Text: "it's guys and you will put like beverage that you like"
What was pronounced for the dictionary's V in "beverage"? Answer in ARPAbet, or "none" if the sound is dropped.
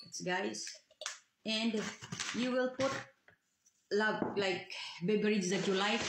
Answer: B